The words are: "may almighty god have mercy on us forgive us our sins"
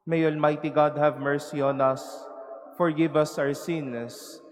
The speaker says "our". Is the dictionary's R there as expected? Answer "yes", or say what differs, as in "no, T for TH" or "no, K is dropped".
no, W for R